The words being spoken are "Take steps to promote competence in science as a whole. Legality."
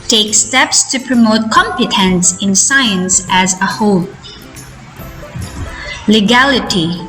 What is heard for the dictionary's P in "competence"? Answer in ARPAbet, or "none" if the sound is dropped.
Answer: P